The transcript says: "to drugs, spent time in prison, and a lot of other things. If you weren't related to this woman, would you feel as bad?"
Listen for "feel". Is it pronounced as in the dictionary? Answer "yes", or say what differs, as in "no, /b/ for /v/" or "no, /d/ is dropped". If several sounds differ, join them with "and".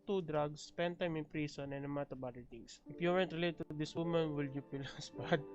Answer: no, /p/ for /f/